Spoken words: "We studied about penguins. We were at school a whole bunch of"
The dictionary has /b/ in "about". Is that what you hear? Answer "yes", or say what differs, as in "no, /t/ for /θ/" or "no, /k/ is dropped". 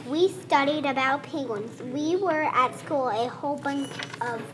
yes